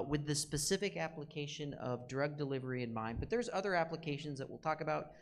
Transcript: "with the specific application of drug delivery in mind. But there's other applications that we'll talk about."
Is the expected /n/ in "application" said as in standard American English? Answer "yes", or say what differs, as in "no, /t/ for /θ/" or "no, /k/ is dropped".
yes